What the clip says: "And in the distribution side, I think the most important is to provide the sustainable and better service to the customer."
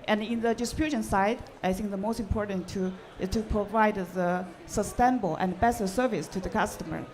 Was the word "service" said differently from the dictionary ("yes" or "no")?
no